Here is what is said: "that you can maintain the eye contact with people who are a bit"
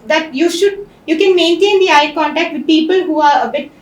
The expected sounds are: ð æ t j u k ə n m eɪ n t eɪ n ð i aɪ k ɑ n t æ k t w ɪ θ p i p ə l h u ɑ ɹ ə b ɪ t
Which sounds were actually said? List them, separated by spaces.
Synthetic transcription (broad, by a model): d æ t j u k ə n m eɪ n t eɪ n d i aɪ k ɑ n t æ k t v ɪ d p i p ə l h u ɑ ɹ ə b ɪ t